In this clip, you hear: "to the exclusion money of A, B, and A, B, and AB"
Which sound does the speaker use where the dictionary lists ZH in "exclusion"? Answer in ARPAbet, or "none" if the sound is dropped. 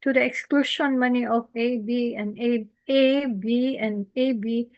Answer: SH